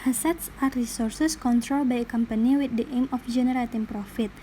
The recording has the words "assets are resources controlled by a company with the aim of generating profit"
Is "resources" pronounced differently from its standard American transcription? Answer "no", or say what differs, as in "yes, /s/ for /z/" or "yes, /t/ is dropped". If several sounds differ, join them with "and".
yes, /s/ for /z/